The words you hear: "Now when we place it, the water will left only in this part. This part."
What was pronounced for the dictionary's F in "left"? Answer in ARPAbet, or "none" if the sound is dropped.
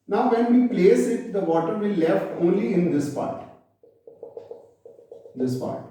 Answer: F